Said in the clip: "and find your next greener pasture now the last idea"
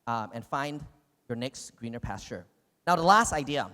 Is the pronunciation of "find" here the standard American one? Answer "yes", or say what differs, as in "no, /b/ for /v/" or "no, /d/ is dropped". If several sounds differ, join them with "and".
yes